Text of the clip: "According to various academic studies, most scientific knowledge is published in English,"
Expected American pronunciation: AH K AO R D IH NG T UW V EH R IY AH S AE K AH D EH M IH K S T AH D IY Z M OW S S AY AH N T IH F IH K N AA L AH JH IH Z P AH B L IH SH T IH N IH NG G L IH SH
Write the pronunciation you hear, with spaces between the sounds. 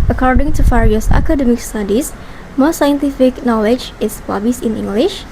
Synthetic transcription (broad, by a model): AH K AO R D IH NG T UW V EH R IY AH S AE K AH D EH M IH K S T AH D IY S M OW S S AY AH N T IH F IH K N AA L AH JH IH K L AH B IH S IH N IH NG G L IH SH